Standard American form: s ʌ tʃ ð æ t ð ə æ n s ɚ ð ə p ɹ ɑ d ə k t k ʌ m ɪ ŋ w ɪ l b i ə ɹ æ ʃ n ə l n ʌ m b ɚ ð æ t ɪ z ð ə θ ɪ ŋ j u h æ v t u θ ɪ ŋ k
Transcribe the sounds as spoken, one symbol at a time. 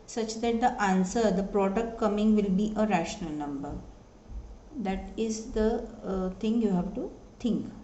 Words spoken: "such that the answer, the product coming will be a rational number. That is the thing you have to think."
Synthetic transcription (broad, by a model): s ʌ tʃ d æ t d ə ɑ n s ɚ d ə p ɹ ɑ d ə k t k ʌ m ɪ ŋ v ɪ l b i ə ɹ æ ʃ n ə l n ʌ m b ɚ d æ t ɪ z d ə t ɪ ŋ j u h æ v t u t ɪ ŋ k